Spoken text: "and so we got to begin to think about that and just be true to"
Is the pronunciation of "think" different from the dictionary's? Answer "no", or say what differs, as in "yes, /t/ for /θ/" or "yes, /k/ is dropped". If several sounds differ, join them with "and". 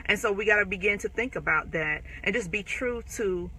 no